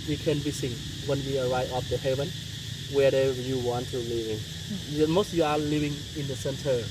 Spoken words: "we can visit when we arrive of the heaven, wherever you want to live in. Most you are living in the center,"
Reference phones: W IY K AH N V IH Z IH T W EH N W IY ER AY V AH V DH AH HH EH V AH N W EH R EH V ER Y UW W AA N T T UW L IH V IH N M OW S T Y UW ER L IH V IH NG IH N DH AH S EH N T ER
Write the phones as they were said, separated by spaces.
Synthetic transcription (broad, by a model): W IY K AH N B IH S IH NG W EH N W IY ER AY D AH F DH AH HH EH V AH N W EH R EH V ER Y UW W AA N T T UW L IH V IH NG M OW S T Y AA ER L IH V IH NG IH N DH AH S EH N T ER